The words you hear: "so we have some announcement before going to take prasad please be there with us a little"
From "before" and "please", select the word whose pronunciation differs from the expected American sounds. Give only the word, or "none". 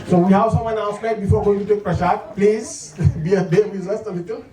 none